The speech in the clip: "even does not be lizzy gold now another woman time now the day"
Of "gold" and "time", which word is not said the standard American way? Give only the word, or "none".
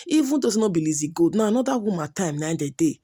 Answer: gold